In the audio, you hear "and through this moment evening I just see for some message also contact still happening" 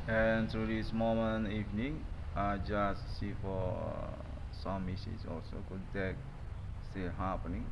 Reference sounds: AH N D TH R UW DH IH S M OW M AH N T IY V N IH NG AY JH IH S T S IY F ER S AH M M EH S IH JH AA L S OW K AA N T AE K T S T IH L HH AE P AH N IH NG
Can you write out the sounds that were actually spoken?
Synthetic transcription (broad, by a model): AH N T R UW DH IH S M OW M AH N IY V N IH NG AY JH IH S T S IY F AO S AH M M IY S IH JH AA L S OW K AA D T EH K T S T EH HH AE P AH N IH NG